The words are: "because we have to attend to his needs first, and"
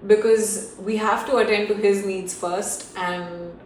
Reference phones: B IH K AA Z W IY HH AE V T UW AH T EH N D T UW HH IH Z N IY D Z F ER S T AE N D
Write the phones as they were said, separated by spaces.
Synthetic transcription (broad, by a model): B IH K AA Z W IY HH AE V T UW AH T EH N D T UW HH IH Z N IY D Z F ER S T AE N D